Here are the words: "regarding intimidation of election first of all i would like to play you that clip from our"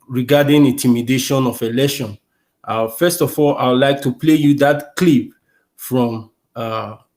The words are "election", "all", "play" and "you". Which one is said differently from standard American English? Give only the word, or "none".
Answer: election